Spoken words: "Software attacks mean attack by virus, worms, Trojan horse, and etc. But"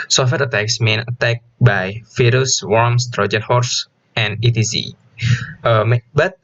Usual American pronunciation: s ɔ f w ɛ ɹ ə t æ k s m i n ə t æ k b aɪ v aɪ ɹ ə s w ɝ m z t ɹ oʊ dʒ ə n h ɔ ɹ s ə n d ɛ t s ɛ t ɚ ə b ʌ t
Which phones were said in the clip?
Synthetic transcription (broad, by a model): s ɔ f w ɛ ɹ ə t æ k s m i n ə t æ k b aɪ f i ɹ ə s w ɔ m s t ɹ oʊ dʒ ə n h ɔ ɹ s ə n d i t i s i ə b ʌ t